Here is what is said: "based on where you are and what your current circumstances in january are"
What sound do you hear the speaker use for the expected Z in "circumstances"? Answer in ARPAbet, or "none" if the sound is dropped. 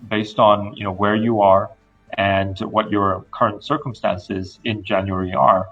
Z